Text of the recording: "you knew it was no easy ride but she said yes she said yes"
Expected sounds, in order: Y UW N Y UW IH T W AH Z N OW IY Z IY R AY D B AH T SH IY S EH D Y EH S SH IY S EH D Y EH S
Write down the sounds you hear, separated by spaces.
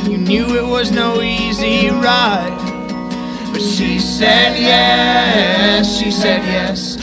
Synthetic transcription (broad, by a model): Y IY N Y UW IH T W AH Z N OW IY Z IY R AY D B AH T SH IY S EH D Y EH S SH IY S EH D Y EH S